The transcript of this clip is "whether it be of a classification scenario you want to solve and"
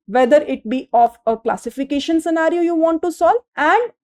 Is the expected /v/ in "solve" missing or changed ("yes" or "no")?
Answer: yes